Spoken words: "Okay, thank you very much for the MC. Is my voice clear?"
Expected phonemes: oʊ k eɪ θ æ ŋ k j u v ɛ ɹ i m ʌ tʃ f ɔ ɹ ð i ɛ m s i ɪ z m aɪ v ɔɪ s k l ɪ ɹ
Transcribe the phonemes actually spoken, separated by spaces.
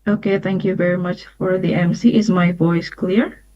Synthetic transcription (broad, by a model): oʊ k eɪ θ æ ŋ k j u v ɛ ɹ i m ʌ tʃ f ɔ ɹ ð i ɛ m s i ɪ z m aɪ v ɔɪ s k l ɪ ɹ